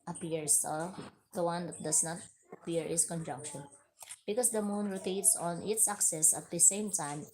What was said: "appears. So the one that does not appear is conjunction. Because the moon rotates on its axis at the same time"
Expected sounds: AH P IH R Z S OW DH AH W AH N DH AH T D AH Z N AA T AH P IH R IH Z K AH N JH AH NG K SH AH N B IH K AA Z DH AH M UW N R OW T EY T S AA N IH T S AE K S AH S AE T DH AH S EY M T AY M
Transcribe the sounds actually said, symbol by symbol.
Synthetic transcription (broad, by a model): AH P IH R S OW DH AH W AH N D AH T D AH S N AA T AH P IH R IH S K AH N JH AH NG K SH AH N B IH K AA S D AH M UW N R OW T EY T S AA N IH T S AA K S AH S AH T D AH S EY M T AY M